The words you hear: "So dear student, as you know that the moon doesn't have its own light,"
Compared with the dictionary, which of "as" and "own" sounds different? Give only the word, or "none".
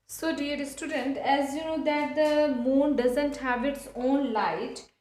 none